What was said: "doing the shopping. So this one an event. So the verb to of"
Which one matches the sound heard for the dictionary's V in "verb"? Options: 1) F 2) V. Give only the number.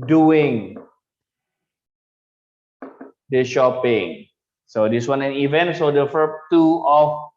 1